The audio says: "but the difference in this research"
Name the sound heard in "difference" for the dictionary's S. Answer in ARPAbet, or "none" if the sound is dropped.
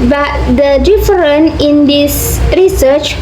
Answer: none